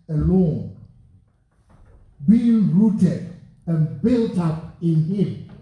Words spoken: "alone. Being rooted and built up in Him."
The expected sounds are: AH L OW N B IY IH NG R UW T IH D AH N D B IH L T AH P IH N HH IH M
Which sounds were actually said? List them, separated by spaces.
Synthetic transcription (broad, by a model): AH L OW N B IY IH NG R UW T IH D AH N B IH L T AH P IH N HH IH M